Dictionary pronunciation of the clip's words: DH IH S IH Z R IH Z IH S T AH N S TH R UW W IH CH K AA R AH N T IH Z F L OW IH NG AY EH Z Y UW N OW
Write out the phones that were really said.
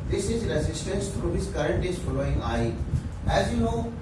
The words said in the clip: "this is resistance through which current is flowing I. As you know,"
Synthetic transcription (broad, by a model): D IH S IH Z R IH Z IH S T AH N S T R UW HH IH S K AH R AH N T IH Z F L OW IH NG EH EH Z Y UW N OW